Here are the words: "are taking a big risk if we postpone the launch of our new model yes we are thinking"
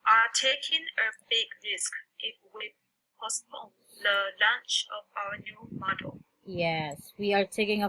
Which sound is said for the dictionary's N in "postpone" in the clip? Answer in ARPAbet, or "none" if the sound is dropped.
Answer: L